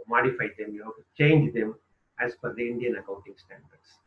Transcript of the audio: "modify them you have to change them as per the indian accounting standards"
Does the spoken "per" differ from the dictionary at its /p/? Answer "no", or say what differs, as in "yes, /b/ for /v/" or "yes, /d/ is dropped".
yes, /f/ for /p/